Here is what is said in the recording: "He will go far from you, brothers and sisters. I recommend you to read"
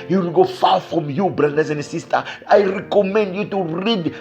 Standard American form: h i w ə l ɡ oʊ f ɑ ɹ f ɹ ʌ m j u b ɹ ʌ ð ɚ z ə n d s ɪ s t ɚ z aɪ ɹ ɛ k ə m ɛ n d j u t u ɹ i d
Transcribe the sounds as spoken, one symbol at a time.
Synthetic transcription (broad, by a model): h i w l ɡ oʊ f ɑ f ɹ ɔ m j u b ɹ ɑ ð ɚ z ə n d s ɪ s t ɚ aɪ ɹ ɛ k ə m ɛ n d j u t u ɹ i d